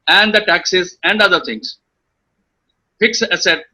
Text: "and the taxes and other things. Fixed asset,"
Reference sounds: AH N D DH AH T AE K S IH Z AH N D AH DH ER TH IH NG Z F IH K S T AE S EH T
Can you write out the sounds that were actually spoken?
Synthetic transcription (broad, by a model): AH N D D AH T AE K S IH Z AH N D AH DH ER T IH NG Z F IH K S AH S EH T